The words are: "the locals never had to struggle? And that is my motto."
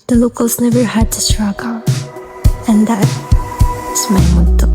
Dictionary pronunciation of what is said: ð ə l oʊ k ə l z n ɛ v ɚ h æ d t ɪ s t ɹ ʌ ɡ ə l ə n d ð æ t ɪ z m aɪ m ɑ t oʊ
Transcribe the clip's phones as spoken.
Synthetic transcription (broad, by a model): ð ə l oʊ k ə l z n ɛ v ɚ h æ d t ɪ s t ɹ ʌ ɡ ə n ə n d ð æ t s m aɪ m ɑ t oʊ